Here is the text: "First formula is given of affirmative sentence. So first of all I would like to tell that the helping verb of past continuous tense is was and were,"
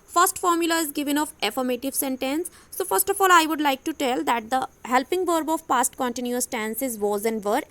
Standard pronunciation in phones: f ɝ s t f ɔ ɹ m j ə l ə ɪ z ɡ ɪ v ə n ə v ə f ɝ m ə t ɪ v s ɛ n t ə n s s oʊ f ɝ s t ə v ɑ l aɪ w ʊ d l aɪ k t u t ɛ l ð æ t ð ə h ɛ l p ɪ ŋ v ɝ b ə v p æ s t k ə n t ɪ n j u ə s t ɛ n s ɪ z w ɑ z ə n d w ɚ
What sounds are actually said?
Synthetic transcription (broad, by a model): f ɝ s t f ɔ ɹ m j ə l ə ɪ z ɡ ɪ v ə n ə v ə f ɝ m ə t ɪ v s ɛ n t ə n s s oʊ f ɝ s t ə f ɑ l aɪ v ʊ d l aɪ k t u t ɛ l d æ t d ə h ɛ l p ɪ ŋ v ɝ b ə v p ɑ s t k ə n t ɪ n j u ə s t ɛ n s ɪ z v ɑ z ə n d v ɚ